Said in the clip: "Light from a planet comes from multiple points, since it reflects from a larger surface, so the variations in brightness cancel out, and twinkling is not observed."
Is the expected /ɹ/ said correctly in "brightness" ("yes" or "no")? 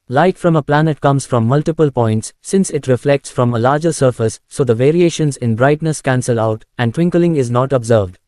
yes